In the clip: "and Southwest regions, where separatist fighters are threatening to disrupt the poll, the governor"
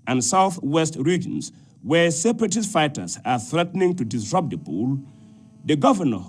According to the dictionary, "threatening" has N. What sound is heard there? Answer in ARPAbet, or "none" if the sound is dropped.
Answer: N